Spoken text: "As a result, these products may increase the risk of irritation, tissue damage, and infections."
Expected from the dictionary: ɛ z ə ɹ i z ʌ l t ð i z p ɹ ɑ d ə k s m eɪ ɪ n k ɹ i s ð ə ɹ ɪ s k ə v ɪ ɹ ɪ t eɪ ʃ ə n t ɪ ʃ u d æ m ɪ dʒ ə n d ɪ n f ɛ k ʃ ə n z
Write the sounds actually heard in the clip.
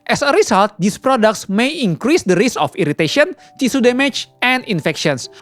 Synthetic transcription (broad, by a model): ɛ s ə ɹ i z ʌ l t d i s p ɹ ɑ d ə k s m eɪ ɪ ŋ k ɹ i s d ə ɹ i s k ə f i ɹ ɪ t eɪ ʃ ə n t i s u d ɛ m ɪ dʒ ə n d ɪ n f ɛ k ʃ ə n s